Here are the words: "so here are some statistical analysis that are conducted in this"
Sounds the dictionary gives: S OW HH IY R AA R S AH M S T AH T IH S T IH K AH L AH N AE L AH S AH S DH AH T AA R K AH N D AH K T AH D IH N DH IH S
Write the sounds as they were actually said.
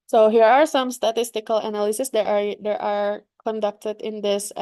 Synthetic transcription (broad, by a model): S OW HH IY R AA R S AH M S T AH T IH S T IH K AH L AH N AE L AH S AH S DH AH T AA R K AH N D AH K T AH D IH N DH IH S